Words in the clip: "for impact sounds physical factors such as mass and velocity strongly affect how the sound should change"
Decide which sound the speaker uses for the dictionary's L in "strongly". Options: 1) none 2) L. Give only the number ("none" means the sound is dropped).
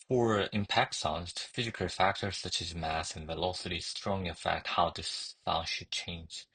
1